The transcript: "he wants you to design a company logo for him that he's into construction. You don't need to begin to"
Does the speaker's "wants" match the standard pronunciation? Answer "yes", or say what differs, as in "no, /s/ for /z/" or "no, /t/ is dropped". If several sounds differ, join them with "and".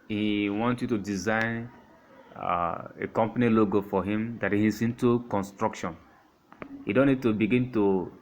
no, /s/ is dropped